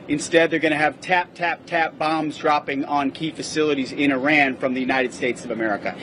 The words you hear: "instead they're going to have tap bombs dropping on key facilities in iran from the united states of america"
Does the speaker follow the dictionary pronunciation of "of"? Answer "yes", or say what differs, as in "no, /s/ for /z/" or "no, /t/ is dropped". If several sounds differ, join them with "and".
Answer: yes